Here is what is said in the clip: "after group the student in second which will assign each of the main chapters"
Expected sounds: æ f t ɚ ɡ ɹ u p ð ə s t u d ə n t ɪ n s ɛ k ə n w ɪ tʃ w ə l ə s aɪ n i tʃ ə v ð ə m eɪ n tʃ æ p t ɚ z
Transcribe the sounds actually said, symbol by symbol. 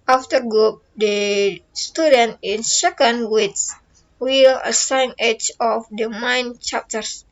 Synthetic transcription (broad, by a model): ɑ f t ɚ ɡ u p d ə s t u d ə n t ɪ n s ɛ k ə n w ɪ s w ə l ə s aɪ n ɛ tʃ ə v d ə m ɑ n tʃ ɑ p t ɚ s